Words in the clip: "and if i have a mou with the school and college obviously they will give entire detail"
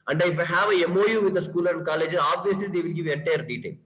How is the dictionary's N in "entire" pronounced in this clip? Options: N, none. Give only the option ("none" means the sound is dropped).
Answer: none